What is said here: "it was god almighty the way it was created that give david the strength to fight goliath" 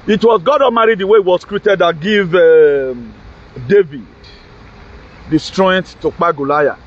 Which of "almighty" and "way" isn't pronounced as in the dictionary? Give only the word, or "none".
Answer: almighty